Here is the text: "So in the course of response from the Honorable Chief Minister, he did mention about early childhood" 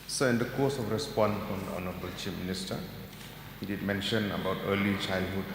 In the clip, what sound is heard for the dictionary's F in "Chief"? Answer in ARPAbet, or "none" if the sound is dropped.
P